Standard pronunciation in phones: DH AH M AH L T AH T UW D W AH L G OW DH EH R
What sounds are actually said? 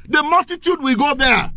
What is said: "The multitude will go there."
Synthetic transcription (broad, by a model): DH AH M AH L T AH T UW D W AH G OW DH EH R